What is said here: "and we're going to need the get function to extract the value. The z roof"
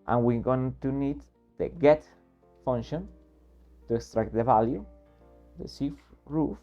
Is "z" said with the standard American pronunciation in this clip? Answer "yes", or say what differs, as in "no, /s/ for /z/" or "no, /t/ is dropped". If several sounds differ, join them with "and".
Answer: no, /s/ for /z/